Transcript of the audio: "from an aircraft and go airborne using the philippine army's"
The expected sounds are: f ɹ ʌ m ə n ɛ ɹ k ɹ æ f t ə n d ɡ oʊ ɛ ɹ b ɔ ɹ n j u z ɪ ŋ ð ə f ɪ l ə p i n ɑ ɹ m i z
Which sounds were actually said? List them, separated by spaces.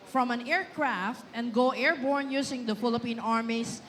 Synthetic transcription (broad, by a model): f ɹ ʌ m ə n ɛ ɹ k ɹ æ f t ə n d ɡ oʊ ɛ ɹ b ɔ ɹ n j u s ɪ ŋ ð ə f ɪ l ə p i n ɑ ɹ m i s